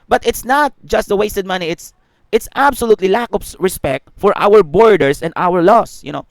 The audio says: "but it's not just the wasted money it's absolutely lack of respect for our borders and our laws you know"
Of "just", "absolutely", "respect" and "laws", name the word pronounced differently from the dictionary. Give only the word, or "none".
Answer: laws